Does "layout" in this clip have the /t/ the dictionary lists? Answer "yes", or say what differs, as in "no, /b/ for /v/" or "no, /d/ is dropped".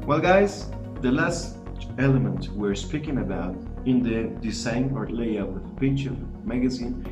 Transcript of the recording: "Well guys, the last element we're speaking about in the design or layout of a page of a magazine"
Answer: no, /t/ is dropped